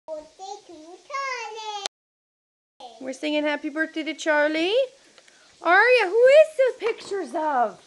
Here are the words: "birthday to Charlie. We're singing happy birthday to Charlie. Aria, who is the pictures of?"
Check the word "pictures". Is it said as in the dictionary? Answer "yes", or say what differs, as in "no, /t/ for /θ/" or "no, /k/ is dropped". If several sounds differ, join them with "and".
yes